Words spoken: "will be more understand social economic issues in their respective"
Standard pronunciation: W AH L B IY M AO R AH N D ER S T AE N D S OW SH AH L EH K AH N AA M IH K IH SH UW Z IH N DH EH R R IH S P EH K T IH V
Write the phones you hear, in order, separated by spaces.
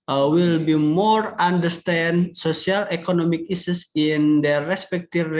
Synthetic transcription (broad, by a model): W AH L B IY M AO R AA N D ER S T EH N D S OW S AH L EH K AH N AA M IH K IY S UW S IH N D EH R R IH S P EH K T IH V